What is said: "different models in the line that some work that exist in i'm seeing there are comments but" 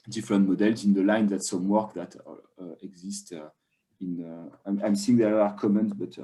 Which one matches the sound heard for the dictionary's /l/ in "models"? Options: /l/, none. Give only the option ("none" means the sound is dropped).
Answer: /l/